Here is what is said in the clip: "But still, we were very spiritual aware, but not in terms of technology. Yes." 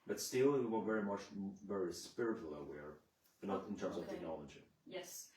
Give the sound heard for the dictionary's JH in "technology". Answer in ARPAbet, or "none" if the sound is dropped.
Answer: JH